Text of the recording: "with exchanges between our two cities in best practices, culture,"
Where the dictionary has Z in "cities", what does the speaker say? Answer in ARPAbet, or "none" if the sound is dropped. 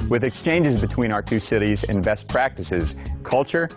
Z